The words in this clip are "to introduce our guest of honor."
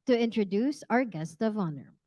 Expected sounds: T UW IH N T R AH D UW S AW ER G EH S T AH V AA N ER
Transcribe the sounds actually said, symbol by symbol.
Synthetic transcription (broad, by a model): T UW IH N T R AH D UW S AW ER G EH S T AH V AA N ER